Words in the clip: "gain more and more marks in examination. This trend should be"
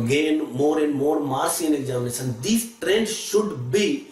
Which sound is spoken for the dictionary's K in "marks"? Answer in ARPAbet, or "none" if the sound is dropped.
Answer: none